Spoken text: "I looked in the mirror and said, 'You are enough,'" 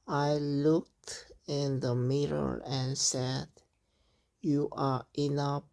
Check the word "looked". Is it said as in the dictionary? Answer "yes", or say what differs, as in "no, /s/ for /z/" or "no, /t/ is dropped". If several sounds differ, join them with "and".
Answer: yes